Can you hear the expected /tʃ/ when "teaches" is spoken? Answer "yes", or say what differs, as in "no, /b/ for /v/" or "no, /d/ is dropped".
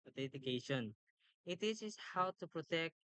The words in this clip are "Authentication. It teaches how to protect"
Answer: no, /s/ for /tʃ/